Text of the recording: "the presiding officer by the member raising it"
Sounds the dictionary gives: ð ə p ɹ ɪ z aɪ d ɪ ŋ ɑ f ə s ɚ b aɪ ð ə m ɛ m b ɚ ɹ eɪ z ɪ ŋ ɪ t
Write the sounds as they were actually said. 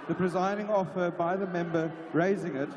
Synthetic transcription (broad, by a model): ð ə p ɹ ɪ z aɪ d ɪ ŋ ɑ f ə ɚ b aɪ ð ə m ɛ m b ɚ ɹ eɪ z ɪ ŋ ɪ t